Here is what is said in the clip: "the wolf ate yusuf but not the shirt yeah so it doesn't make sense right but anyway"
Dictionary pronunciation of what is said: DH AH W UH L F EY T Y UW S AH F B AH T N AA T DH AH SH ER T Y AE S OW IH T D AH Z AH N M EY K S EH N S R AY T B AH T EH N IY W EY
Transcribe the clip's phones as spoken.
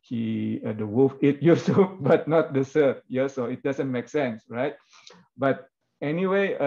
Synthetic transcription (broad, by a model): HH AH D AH W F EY T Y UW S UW B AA T N AA T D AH S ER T Y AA S OW IH T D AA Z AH N M EY K S EH N S R AY T B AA T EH N IY W EY